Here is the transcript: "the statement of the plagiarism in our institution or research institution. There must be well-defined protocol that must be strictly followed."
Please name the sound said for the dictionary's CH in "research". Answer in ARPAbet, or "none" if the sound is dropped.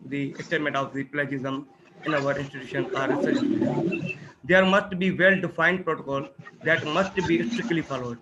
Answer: none